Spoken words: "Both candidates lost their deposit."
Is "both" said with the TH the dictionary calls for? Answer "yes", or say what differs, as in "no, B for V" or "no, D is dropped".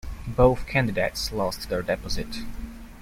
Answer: yes